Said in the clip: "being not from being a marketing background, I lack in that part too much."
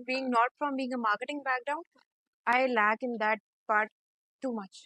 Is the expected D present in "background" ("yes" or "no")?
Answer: no